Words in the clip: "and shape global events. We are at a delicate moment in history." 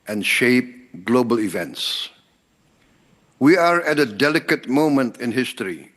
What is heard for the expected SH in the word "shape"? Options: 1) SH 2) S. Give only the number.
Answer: 1